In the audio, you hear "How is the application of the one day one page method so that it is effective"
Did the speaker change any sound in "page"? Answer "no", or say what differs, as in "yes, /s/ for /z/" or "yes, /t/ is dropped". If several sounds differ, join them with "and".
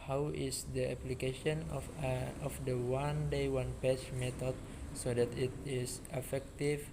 yes, /tʃ/ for /dʒ/